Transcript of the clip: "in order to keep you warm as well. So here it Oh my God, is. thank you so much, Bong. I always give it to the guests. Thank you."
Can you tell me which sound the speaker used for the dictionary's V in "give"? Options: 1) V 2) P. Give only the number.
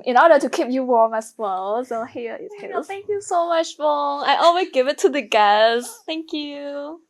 1